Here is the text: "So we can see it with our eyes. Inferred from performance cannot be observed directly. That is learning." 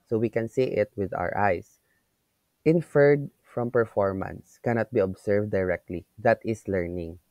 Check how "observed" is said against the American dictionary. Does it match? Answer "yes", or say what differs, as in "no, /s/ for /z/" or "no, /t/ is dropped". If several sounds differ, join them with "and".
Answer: no, /s/ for /z/